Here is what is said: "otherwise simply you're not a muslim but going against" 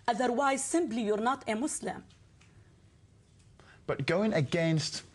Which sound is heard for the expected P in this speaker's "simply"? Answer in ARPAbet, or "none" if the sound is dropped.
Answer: B